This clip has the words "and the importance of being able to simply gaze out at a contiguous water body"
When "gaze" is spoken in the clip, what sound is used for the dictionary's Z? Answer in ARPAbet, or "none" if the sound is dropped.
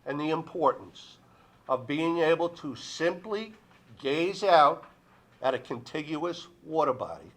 Z